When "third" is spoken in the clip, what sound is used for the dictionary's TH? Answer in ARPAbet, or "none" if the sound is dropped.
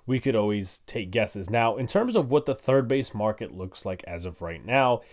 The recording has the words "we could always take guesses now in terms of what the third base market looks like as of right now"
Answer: TH